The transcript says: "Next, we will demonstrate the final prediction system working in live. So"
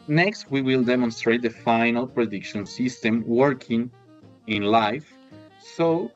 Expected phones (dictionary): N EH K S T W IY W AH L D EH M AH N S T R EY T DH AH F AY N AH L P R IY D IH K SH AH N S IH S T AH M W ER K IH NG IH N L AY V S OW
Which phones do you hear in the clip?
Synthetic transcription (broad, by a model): N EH K S T W IY W AH L D EH M AH N S T R EY T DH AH F AY N AH L P R IY D IH K SH AH N S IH S T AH M W ER K IH NG IH N L AY F S OW